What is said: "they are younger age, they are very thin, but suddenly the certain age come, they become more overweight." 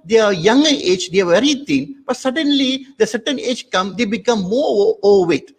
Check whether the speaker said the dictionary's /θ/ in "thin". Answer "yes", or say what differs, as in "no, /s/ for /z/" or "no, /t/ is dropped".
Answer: no, /t/ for /θ/